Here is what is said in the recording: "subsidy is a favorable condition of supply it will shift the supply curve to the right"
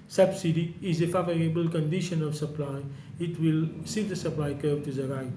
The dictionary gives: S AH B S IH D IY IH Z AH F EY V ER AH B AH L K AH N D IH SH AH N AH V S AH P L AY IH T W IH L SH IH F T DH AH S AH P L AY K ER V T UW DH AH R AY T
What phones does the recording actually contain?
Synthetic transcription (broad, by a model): S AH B S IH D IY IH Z AH F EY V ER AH B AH L K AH N D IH SH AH N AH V S AH P L AY IH T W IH L S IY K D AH S AH P L AY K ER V T UW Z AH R AY